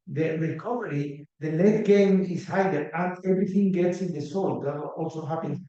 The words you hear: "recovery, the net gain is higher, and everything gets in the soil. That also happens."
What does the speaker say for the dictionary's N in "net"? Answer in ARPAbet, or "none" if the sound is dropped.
L